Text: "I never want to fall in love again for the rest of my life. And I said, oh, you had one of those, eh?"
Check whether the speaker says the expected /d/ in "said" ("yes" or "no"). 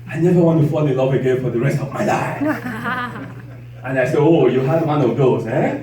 no